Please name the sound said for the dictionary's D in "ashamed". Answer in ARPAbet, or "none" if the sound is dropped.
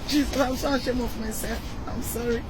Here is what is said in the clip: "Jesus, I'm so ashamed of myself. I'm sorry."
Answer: none